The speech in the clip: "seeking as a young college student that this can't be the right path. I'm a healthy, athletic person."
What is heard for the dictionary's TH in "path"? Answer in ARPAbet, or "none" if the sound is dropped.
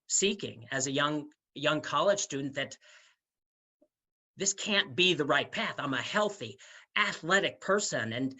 TH